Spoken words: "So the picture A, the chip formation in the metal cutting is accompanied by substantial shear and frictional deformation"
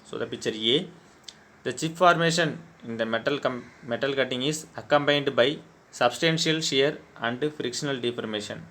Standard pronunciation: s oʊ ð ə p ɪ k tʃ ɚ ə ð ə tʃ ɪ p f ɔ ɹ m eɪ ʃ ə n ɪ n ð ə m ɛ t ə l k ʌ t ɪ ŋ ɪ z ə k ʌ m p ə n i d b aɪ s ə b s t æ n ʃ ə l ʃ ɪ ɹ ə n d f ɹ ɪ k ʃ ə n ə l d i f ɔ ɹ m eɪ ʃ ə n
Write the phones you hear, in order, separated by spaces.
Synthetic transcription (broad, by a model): s oʊ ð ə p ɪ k tʃ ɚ ə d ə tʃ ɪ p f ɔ ɹ m eɪ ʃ ə n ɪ n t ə m ɛ t ə l k ʌ t ɪ ŋ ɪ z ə k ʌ m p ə n d b aɪ s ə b s t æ n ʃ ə l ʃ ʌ ɹ ə n d f ɹ ɪ k ʃ ə n ə l d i f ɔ ɹ m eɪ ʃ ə n